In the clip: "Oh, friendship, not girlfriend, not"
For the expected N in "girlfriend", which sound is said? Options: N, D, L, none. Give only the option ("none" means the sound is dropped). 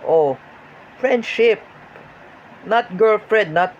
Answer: none